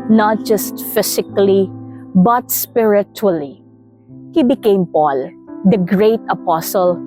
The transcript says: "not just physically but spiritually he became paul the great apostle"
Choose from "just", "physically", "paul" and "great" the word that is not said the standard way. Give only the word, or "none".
physically